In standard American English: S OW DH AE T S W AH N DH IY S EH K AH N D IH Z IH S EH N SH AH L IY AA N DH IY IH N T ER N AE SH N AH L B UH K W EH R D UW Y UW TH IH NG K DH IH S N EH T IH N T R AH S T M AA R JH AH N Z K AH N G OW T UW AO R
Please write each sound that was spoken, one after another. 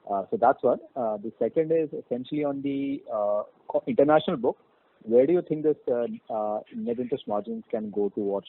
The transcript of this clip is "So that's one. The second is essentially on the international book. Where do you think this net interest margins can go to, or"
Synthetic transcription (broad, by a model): S OW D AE T S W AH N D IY S EH K AH N D IH Z IH S EH N SH AH L IY AA N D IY IH N T ER N AE SH N AH L B UH K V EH R D UW Y UW T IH NG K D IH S N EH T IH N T AH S M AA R JH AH N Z K AH N G OW T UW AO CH